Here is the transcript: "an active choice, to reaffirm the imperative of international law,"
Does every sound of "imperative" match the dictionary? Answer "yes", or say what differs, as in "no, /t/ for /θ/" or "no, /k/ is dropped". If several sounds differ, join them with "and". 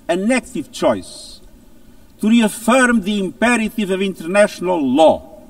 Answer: yes